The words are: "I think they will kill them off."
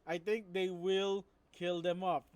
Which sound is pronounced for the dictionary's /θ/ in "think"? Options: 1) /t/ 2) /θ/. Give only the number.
1